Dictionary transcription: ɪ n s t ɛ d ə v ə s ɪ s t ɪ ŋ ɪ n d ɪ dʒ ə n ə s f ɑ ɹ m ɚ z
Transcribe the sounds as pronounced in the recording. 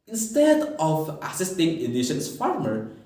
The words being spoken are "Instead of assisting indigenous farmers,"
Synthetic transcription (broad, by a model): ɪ n s t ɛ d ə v ə s ɪ s t ɪ ŋ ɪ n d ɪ ʃ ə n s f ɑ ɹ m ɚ